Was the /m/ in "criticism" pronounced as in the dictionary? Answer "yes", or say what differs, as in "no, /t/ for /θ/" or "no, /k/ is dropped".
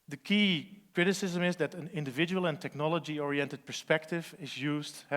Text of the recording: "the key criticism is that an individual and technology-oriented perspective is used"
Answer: yes